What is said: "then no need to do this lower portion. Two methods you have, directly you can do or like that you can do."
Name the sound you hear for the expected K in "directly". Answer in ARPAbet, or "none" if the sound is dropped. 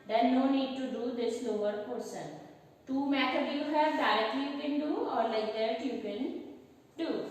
none